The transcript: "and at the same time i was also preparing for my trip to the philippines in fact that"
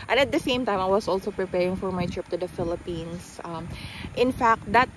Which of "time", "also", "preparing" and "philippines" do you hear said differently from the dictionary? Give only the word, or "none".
philippines